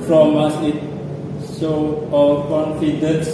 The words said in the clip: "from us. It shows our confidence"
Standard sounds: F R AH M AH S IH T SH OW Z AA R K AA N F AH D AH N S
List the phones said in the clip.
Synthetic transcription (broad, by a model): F R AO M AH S IH T S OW AA L K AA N F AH D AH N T